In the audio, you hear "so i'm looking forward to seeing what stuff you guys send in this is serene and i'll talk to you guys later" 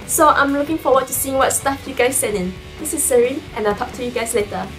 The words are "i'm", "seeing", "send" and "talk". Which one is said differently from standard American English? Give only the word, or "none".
send